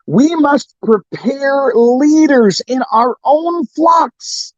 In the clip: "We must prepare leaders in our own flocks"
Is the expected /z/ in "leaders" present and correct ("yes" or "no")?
yes